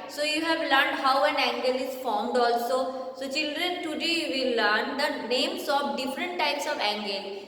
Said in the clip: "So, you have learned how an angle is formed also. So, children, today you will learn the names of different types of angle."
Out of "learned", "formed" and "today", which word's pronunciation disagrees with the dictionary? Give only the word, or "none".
none